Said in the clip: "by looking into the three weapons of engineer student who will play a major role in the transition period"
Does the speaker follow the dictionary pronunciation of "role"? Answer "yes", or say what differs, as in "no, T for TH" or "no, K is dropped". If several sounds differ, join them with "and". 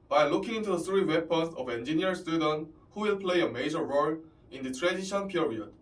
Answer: yes